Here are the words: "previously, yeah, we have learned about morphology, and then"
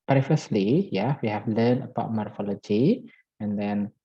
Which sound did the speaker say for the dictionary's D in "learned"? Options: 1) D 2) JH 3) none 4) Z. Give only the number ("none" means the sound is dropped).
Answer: 3